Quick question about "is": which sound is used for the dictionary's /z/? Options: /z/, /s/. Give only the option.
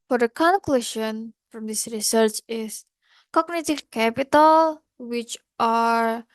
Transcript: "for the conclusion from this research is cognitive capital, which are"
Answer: /s/